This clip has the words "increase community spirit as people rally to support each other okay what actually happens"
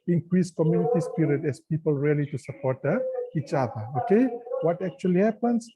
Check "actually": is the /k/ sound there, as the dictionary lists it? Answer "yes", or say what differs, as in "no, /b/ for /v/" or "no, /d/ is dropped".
yes